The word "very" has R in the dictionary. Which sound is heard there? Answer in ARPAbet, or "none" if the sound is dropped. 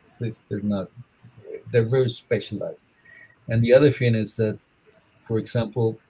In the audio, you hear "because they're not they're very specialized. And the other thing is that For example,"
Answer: R